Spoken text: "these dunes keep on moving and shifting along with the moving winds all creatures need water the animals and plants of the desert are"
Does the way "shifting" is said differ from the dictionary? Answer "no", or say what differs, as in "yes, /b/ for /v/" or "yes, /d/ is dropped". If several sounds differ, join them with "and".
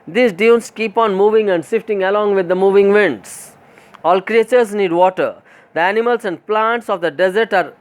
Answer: yes, /s/ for /ʃ/